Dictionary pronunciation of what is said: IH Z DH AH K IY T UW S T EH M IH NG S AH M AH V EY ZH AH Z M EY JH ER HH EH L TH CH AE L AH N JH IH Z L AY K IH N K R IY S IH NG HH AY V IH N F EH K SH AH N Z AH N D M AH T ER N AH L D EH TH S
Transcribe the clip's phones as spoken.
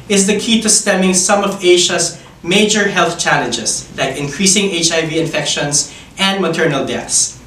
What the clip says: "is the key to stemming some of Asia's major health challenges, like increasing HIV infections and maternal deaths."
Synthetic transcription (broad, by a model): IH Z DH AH K IY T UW S T EH M IH NG S AH M AH V EY SH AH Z M EY JH ER HH EH L TH CH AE L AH N JH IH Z L AY K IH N K R IY S IH NG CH AY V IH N F EH K SH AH N S AH N D M AH T ER N AH L D EH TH S